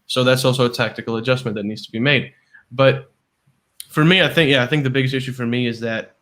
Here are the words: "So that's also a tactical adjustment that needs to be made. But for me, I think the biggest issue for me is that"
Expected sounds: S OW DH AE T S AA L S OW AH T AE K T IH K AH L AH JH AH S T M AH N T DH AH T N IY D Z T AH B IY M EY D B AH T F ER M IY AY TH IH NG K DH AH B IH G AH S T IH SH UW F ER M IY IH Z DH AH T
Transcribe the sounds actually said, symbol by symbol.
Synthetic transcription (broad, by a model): S OW DH AE T S AA L S OW AH T AE K T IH K L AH JH AH S M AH N DH AH T N IY D Z T AH B IY M EY D B AH T F ER M IY AY TH IH NG K DH AH B IH G AH S T IH SH UW F ER M IY IH Z DH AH T